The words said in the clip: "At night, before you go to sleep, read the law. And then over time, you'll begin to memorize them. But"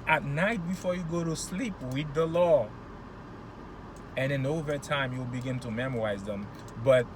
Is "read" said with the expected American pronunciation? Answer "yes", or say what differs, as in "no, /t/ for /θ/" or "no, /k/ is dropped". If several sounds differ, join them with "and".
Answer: no, /w/ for /ɹ/